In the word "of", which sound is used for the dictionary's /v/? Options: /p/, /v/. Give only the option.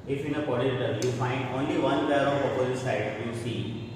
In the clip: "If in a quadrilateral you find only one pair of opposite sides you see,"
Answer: /p/